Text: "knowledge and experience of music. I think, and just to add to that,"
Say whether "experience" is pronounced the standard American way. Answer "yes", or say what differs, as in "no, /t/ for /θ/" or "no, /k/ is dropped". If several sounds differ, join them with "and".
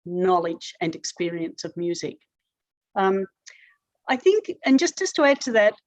yes